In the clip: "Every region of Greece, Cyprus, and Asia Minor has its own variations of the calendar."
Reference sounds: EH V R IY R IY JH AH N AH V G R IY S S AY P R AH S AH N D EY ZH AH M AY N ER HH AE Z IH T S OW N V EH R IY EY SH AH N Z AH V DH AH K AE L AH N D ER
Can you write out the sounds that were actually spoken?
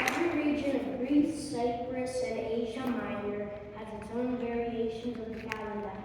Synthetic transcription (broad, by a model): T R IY R IY JH AH N AH V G R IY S S AY P R AH S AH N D EY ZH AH M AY ER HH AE Z IH T S OW N V EH R IY EY SH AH N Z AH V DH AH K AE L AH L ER